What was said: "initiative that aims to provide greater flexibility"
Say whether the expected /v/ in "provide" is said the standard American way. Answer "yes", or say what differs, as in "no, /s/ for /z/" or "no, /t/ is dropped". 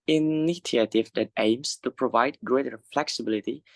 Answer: yes